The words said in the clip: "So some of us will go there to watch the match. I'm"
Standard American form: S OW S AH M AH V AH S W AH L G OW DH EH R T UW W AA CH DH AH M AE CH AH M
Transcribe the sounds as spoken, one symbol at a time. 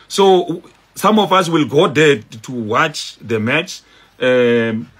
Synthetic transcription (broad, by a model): S OW S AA M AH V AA S W AH L G OW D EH T UW W AA CH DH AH M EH CH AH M